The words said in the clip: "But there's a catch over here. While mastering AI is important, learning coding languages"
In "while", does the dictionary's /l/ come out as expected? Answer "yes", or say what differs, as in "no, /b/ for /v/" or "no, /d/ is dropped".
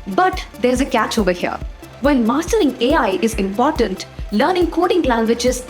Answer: no, /n/ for /l/